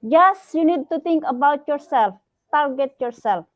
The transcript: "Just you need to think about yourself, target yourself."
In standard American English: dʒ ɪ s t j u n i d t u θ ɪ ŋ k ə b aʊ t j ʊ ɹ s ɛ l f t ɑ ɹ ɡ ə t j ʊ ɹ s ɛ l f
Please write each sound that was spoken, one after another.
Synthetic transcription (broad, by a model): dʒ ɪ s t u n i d t u t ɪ ŋ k ə b aʊ t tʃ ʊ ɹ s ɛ l t ɑ ɹ ɡ ə t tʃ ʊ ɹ s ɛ l